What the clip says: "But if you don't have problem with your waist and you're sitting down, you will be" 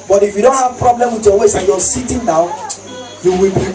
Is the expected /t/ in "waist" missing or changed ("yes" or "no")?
yes